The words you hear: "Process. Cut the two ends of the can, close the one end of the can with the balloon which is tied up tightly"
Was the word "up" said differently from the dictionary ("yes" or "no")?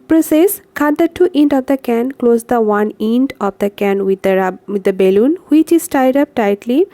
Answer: no